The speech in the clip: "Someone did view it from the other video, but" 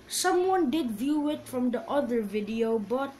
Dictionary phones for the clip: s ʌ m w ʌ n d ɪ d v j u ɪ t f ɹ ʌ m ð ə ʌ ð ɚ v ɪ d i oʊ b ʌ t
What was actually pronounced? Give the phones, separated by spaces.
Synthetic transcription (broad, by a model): s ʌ m w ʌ n d ɪ d v j u ɪ t f ɹ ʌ m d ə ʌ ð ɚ v ɪ d i oʊ b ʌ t